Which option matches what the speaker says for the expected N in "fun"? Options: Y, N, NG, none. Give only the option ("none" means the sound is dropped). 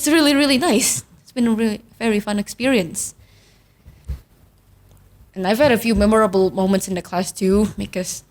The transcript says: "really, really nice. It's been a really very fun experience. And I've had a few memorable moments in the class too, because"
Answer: N